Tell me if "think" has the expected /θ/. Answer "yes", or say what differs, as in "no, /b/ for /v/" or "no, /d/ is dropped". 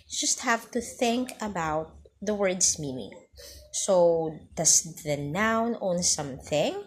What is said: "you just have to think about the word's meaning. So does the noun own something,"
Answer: yes